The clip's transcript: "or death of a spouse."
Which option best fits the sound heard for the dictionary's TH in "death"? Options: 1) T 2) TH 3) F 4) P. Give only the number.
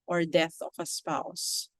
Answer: 2